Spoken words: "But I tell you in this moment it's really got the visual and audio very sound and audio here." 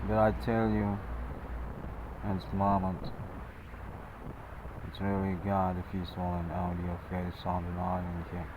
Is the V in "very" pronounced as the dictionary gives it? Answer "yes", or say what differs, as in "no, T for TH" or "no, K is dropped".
no, F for V